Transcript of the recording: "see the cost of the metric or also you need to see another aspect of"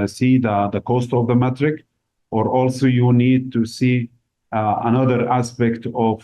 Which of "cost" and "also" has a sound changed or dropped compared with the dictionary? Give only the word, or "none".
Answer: none